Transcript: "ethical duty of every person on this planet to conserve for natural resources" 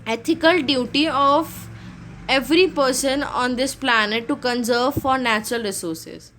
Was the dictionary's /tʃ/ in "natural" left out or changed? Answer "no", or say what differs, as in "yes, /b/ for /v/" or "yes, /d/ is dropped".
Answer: no